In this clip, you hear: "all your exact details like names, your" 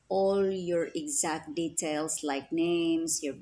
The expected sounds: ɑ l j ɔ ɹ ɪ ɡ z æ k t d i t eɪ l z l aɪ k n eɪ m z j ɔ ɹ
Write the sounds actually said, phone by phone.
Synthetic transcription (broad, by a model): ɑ l j ɔ ɹ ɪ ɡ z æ k t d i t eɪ l s l aɪ k n eɪ m s j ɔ ɹ